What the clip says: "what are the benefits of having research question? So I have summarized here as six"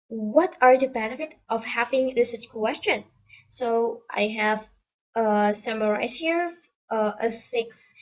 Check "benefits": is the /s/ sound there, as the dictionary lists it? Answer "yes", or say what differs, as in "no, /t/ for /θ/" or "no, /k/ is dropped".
no, /s/ is dropped